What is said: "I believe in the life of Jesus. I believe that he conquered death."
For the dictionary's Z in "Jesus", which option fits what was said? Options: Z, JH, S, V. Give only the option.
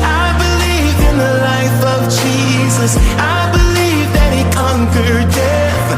Z